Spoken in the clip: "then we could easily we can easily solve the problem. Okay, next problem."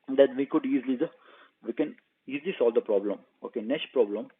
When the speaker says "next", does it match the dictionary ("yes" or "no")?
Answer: no